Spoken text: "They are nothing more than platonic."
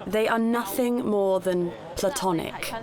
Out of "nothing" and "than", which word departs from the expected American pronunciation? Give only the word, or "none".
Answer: none